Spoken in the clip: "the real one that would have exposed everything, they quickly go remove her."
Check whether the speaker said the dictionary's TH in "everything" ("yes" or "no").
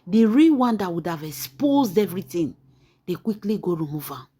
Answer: no